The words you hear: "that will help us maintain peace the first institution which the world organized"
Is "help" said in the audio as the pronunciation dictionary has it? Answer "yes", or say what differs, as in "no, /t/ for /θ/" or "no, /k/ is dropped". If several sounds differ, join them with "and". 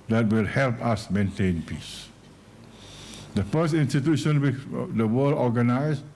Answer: yes